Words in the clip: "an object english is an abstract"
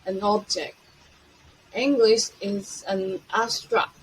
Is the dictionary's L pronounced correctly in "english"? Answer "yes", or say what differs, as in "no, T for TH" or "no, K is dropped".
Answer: yes